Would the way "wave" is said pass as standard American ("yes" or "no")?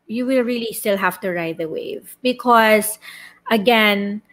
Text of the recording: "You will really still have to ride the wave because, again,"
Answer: yes